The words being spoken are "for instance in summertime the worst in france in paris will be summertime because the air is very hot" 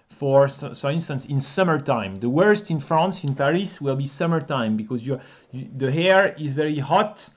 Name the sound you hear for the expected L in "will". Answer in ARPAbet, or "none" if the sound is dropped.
L